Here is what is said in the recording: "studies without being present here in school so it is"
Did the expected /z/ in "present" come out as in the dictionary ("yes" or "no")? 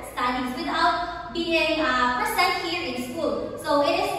no